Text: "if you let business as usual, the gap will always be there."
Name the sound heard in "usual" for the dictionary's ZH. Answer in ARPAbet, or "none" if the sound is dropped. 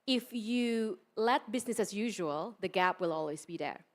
ZH